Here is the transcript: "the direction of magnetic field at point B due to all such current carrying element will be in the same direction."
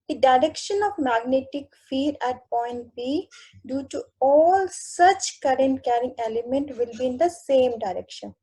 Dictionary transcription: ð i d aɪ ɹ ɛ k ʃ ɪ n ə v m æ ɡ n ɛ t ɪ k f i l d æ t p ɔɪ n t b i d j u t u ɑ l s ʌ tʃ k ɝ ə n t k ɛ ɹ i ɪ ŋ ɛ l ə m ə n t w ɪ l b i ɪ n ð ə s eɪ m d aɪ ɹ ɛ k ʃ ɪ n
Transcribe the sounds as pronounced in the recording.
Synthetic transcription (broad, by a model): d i d aɪ ɹ ɛ k ʃ ɪ n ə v m æ ɡ n ɛ t ɪ k f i d æ t p ɔɪ n t b i d j u t u ɑ l s ʌ tʃ k ɝ ə n t k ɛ ɹ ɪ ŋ ɛ l ə m ə n t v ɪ l b i ɪ n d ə s eɪ m d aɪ ɹ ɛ k ʃ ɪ n